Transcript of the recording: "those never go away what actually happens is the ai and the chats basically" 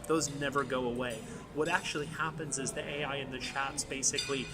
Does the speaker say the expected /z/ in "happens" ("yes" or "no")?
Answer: yes